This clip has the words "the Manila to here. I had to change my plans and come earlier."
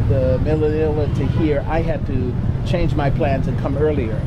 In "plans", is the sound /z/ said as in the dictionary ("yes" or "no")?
yes